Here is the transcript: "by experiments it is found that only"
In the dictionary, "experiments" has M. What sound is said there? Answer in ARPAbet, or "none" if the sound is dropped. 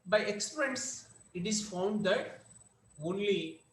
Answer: none